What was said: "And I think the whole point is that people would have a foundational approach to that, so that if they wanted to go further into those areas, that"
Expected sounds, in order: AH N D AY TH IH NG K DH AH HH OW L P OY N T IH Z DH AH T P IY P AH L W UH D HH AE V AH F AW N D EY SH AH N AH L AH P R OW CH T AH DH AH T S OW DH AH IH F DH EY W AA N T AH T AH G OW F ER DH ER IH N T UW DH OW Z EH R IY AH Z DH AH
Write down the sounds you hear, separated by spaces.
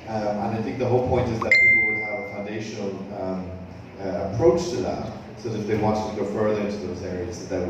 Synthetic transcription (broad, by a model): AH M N AY TH IH NG K DH AH HH OW L P OY N T IH Z DH AH T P IY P L W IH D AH V AH F AW N D EY SH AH N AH L AH P R OW CH T AH DH AH T S OW DH AH IH F DH EY W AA N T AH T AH G OW F ER DH ER IH N T UW DH OW Z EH R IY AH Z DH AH